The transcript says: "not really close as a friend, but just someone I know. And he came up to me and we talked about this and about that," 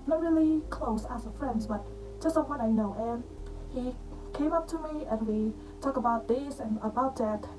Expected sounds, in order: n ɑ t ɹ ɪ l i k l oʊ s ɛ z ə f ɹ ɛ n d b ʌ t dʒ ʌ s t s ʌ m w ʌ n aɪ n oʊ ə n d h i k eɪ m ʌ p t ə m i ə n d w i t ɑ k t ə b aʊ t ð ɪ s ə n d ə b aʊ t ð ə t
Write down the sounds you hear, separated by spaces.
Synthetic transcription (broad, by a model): n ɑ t ɹ ɪ l i k l oʊ s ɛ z ə f ɹ ɛ n d b ʌ t dʒ ʌ s t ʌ w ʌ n aɪ n oʊ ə n h i k eɪ m ʌ p t ə m i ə n w i t ɑ k ə b aʊ t ð ɪ s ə n ə b aʊ t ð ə t